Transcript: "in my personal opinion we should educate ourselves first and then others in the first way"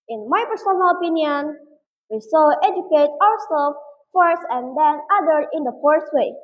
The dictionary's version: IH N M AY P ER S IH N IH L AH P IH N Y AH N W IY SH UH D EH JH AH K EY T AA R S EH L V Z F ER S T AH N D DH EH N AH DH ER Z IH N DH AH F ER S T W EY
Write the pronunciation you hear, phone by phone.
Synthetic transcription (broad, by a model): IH N M AY P ER S IH N IH L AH P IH N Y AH N W IY S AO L EH JH AH K EY T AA R S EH L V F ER S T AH N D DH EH N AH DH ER IH N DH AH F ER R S W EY